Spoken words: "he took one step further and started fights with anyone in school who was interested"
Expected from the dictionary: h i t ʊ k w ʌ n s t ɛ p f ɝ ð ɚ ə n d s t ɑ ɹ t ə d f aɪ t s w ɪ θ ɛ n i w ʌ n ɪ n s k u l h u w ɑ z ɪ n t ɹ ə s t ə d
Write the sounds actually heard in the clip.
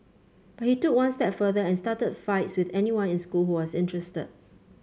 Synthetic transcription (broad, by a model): h i t ʊ k w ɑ n s t ɛ p f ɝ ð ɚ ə n s t ɑ t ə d f aɪ t s w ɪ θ ɛ n i w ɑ n ɪ n s k u l h u w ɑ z ɪ n t ɹ ə s t ə d